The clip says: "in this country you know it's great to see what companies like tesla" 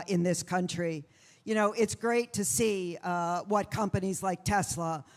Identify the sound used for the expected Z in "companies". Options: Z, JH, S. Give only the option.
Z